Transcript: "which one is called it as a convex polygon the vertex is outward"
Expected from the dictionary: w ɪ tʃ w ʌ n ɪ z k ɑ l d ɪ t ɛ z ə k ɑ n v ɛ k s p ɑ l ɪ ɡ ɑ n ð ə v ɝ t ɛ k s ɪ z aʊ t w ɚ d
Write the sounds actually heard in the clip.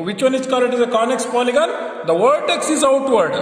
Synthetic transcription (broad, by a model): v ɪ tʃ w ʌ n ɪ s k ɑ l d ɪ t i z ə k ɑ n ɛ k s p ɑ l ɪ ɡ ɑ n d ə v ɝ t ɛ k s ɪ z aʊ t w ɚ d